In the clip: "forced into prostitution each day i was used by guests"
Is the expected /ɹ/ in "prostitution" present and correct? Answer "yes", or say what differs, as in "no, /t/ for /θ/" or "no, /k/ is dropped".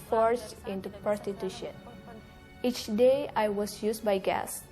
no, /ɹ/ is dropped